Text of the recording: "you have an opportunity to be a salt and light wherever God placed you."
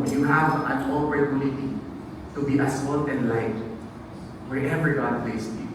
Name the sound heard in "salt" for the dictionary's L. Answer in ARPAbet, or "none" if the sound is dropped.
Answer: N